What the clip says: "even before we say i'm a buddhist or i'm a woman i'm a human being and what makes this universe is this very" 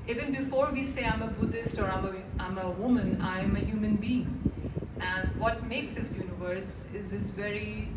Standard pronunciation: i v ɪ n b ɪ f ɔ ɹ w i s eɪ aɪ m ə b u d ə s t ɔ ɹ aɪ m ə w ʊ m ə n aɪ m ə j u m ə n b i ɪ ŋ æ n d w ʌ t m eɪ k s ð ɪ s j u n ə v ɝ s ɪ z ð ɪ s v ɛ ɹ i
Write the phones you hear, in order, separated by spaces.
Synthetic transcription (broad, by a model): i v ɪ n b ɪ f ɔ ɹ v i s eɪ aɪ m ə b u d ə s t ɔ ɹ aɪ m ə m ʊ m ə n aɪ m ə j u m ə n b i ɪ ŋ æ n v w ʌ t m eɪ k s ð ɪ s j u n ə v ɝ s ɪ z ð ɪ s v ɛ ɹ i